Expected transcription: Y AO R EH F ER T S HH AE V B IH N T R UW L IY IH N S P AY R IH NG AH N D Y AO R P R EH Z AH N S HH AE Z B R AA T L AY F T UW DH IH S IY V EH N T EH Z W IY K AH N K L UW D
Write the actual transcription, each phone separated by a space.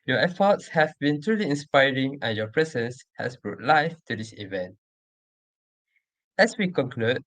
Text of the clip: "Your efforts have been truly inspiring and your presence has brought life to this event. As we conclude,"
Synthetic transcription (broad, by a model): Y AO EH F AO T S HH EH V B IH N T R UW L IY IH N S P AY R IH NG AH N Y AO P R EH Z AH N S HH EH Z B R AA T L AY F T UW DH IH S IY V EH N T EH S W IY K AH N K L UW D